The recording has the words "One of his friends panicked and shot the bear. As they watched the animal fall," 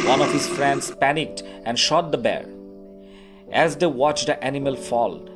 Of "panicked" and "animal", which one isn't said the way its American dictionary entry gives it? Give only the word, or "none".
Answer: none